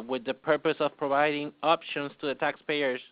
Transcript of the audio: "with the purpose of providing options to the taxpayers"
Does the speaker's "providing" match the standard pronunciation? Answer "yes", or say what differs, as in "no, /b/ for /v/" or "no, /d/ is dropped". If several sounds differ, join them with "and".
yes